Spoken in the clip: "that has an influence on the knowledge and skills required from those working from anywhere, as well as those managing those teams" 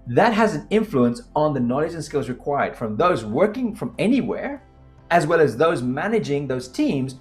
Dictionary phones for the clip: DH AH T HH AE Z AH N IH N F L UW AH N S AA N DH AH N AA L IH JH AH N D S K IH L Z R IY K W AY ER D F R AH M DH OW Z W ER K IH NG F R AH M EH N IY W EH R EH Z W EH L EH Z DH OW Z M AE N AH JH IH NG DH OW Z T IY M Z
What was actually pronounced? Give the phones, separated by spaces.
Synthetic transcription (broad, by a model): DH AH T HH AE Z N IH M F L UW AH N S N DH AH N AA L IH JH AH N S K IH L Z R IY K W AY ER D F R AH M DH OW Z W ER K IH NG F R AH M EH N IY W EH R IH Z W EH L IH Z DH OW Z M AE N AH JH IH NG DH OW Z T IY M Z